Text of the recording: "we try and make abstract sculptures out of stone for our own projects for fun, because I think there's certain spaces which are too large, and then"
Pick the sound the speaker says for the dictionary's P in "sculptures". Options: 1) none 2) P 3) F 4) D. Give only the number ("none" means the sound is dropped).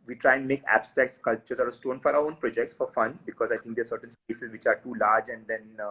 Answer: 1